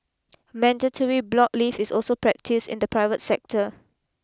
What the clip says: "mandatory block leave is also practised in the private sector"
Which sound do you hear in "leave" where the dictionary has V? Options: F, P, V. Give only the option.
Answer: F